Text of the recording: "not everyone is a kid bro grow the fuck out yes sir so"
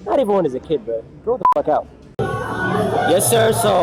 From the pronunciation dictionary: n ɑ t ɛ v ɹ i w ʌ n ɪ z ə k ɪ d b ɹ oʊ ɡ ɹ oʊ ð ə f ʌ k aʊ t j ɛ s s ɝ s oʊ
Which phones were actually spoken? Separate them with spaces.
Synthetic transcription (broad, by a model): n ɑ t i v i w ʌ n ɪ z ə k ɪ d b oʊ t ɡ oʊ ð ə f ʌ k aʊ t j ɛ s s ɝ s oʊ